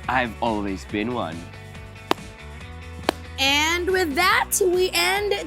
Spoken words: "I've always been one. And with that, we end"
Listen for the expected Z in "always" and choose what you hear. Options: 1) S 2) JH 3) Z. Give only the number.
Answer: 3